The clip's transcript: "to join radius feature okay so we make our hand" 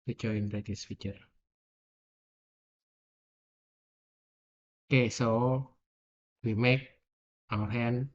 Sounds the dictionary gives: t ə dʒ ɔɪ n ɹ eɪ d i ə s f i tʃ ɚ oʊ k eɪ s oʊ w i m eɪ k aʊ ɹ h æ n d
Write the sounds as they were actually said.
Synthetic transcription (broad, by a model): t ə tʃ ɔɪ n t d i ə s f i tʃ ɚ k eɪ s oʊ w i m eɪ k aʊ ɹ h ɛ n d